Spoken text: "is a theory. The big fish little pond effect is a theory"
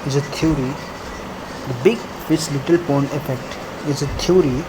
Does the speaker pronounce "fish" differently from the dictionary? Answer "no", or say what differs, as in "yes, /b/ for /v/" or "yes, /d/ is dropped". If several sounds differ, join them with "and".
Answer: yes, /s/ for /ʃ/